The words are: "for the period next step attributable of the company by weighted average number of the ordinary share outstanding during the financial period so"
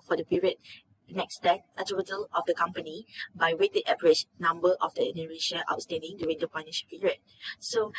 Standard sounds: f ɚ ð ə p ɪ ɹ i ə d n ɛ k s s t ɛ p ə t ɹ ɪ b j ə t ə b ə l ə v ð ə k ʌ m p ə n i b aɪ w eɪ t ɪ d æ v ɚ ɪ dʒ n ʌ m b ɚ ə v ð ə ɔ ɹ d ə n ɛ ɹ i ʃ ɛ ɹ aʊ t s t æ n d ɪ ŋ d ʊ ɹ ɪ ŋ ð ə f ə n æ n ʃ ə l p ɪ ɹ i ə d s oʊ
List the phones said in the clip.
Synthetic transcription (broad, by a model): f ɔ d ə p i ɹ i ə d n ɛ k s s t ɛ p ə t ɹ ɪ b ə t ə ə l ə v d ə k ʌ m p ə n i b aɪ w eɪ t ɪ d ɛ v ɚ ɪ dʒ n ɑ m b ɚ ə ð ɔ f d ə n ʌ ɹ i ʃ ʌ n aʊ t s t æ n d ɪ ŋ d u ɹ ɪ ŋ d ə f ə ɪ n ə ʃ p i ɹ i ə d s oʊ